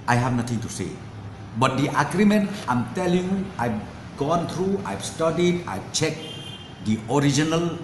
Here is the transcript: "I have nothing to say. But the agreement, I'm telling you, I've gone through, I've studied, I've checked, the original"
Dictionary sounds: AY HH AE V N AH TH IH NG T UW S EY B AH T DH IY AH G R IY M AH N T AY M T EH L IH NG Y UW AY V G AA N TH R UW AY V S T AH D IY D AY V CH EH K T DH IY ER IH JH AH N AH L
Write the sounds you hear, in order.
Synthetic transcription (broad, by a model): AY HH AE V N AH T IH NG T UW S EY B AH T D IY AH G R IY M AH N T AY M T EH L IH NG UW AY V G AA N T R UW AY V S T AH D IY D AY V CH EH K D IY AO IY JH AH N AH L